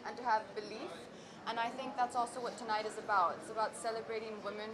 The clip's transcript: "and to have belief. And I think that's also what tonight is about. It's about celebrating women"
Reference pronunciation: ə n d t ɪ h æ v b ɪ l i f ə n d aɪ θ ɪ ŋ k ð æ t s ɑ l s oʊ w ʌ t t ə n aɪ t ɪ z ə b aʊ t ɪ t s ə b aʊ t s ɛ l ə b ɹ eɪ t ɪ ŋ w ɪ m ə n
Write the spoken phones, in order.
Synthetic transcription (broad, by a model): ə n t ɪ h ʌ v b ɪ l i f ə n aɪ θ ɪ ŋ k ð æ t s ɑ l s oʊ w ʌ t t ə n aɪ t ɪ z ə b aʊ t ɪ t s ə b aʊ t s ɛ l ə b ɹ eɪ t ɪ ŋ w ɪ m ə n